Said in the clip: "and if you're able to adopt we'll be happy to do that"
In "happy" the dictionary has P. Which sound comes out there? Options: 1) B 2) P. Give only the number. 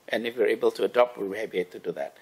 1